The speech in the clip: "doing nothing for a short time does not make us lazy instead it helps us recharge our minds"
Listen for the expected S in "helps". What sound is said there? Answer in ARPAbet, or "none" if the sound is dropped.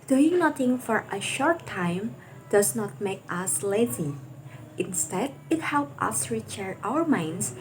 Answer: none